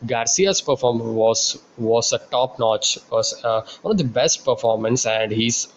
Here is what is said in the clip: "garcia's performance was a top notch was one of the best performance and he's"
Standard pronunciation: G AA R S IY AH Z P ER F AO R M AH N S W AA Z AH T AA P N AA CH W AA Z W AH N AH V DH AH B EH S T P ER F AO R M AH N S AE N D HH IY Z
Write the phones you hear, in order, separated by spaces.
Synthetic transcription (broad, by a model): G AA R S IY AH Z P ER F AO R M AH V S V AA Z AH T AA P N AA CH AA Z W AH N AH V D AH B EH S T P ER F AO R M AH N S AE N D HH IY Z